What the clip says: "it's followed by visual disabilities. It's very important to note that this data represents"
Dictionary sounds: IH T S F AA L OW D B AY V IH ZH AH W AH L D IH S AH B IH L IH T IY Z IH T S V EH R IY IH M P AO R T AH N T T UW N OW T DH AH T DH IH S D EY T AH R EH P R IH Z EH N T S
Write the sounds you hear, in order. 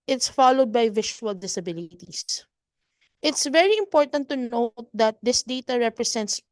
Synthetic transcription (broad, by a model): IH T S F AA L OW D B AY V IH SH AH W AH L D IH S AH B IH L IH T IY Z IH T S V EH R IY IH M P AO R T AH N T T UW N OW T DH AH T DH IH S D EY T AH R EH P R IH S EH N T S